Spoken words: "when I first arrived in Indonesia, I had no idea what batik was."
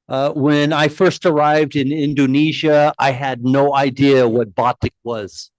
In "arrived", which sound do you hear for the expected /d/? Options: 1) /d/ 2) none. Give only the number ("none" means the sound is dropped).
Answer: 1